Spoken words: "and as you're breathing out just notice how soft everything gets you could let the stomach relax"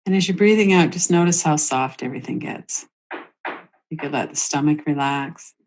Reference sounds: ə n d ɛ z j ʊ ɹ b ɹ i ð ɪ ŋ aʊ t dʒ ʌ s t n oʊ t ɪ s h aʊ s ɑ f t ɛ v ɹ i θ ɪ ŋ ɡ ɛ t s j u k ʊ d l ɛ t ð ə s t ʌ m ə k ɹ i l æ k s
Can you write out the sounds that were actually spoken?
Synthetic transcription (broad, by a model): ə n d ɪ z j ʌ ɹ b ɹ i ð ɪ ŋ aʊ t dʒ ʌ s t n oʊ t ɪ s h aʊ s ɑ f t ɛ v ɹ i θ ɪ ŋ ɡ ɛ t s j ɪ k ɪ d l ɛ t ð ə s t ʌ m ə k ɹ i l æ k s